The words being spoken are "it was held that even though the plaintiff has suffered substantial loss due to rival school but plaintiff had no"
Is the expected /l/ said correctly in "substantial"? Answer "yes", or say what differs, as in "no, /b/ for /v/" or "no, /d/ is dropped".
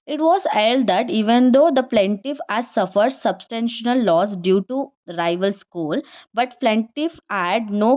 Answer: no, /n/ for /l/